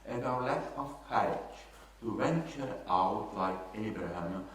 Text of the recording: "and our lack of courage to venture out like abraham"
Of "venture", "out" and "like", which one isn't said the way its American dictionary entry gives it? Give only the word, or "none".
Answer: none